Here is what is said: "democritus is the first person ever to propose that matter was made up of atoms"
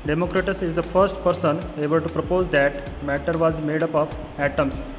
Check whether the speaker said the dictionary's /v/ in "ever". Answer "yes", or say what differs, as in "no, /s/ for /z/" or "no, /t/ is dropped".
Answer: no, /b/ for /v/